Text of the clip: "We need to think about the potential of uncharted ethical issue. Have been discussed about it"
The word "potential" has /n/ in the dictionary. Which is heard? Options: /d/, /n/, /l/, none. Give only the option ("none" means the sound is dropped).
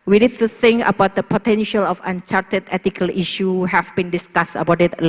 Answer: /n/